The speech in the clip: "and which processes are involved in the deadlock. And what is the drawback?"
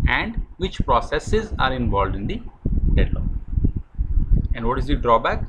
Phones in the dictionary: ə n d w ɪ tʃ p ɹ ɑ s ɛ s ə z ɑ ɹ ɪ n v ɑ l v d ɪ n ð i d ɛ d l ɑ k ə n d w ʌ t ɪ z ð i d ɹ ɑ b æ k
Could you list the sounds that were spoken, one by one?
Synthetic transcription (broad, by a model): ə n d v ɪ tʃ p ɹ ɑ s ɛ s ə z ɑ ɹ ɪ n v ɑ l d ɪ n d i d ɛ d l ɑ ə n d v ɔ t ɪ z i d ɹ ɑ b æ k